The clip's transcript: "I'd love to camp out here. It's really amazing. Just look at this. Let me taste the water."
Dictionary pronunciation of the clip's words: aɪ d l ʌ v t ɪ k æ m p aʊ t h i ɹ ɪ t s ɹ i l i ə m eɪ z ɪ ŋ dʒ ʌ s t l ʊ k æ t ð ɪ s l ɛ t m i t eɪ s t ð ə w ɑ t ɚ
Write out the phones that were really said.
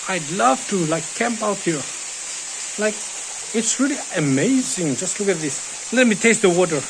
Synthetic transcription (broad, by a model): aɪ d l ʌ v t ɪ k æ m p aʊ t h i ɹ ɪ t s ɹ i l i ə m eɪ z ɪ ŋ dʒ ʌ s t l ʊ k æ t ð ɪ s l ɛ t m i t eɪ s t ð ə w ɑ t ɚ